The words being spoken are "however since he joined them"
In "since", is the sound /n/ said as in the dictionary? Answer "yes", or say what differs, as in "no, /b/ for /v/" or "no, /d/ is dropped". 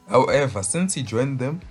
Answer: yes